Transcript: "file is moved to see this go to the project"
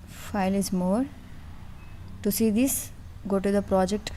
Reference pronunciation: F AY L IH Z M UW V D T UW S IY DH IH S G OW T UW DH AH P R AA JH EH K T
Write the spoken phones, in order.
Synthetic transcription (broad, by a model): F AY L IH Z M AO D T UW S IY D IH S G OW T UW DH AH P R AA JH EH K T